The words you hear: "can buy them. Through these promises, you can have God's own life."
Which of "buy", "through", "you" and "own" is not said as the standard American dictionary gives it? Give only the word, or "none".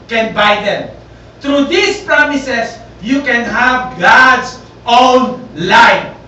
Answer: through